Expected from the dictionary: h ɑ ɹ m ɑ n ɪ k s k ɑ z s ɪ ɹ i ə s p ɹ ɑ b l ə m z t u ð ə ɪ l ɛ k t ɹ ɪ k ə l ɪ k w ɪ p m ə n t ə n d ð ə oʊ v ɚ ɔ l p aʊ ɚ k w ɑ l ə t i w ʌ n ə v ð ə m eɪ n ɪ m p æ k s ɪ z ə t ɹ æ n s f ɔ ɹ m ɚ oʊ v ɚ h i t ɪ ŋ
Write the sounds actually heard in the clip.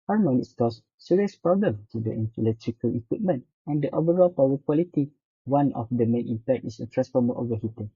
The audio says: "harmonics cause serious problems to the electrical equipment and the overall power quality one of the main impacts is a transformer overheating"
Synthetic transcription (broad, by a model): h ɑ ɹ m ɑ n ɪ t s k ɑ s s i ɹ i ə s p ɹ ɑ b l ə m t u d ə ɪ l ɛ k t ɹ ɪ k ə l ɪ k w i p m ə n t ə n d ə oʊ v ɚ ɔ l p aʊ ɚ k w ɑ l ə t i w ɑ n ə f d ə m eɪ n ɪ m p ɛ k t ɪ s ə t ɹ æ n s f ɔ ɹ m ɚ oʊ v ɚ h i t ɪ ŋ